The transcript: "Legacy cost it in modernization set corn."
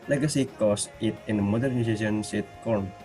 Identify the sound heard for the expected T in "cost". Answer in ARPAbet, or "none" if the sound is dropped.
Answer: none